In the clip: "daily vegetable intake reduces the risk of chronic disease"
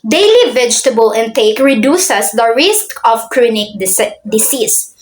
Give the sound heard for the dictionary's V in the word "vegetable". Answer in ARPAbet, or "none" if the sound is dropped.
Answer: V